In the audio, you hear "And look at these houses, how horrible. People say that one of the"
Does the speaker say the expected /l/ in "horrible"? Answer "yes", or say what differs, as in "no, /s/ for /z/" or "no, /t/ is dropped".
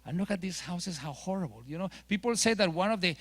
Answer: no, /n/ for /l/